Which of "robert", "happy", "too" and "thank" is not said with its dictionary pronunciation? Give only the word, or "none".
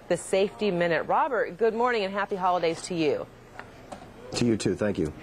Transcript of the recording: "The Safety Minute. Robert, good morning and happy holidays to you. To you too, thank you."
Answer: none